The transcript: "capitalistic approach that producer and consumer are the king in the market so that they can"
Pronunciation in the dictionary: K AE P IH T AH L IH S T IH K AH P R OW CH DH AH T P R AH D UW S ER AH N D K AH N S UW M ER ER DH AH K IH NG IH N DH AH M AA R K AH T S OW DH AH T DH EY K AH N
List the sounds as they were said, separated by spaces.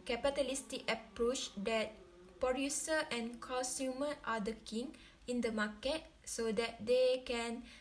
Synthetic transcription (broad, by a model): K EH P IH T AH L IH S T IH K AH P R OW CH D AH T P AH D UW S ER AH N K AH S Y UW M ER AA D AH K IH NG IH N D AH M AA K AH T S OW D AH T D EY K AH N